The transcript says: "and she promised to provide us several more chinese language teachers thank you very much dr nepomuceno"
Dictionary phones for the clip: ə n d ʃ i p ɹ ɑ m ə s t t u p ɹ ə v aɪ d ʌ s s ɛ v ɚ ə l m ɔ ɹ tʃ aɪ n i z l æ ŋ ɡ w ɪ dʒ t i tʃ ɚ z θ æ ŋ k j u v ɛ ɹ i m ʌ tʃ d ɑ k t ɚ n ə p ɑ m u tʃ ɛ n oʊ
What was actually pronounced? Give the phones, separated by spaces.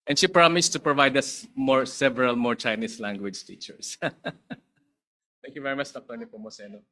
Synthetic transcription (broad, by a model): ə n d ʃ i p ɹ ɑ m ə s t t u p ɹ ə v aɪ d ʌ s s ɛ v ɚ ə l m ɔ ɹ tʃ aɪ n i s l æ ŋ ɡ w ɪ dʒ t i tʃ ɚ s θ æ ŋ k j u v ɛ ɹ i m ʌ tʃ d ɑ k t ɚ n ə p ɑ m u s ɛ n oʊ